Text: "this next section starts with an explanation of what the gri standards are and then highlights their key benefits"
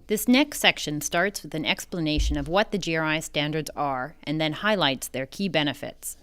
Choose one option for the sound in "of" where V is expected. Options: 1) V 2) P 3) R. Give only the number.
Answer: 1